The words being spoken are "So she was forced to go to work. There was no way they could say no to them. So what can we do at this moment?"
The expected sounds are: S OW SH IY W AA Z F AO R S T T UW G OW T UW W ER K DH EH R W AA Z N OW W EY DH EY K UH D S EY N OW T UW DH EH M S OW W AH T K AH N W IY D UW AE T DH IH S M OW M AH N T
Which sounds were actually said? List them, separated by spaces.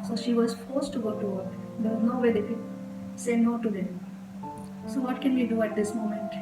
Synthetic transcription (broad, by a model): S OW SH IY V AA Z F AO R S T T UW G OW T UW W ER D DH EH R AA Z N OW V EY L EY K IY S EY N OW T UW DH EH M S OW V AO T K AH N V IY D UW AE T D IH S M OW M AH N T